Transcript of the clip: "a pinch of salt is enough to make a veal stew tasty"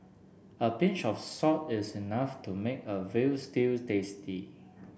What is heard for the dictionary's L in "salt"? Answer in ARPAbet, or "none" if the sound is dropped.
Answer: none